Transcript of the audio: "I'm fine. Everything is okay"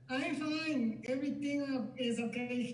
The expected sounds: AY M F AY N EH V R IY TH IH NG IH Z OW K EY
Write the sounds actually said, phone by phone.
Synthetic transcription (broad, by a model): AY F AY N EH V R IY T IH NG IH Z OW K EY